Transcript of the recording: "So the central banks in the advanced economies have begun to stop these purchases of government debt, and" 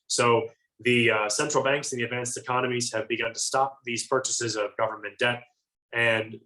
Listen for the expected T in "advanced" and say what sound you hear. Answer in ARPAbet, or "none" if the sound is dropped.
T